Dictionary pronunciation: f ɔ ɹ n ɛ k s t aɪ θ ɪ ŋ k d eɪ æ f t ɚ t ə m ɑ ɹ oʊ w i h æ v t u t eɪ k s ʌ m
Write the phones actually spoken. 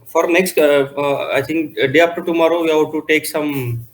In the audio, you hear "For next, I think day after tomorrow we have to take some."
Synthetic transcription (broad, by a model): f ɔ ɹ n ɛ k s t aɪ t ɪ ŋ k d eɪ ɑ p t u t ə m ɑ ɹ oʊ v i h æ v t u t eɪ k s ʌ m